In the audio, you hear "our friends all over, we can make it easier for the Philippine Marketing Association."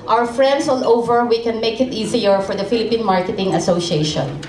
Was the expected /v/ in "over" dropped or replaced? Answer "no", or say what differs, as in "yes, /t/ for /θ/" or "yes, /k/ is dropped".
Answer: no